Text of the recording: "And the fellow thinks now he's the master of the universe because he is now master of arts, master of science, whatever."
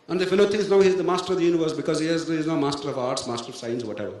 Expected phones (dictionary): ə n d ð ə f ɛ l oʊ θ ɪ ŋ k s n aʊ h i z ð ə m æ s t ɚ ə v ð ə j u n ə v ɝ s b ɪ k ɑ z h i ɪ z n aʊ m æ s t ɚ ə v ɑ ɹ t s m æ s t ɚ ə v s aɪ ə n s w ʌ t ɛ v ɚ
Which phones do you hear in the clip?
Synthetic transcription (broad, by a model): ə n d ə f ɛ l oʊ t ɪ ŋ s n aʊ h i z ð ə m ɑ s t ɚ ə v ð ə j u n ə v ɝ s b ɪ k ɑ z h i ɪ z n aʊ m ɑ s t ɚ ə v ɑ ɹ t s m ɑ s t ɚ ə v s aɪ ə n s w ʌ t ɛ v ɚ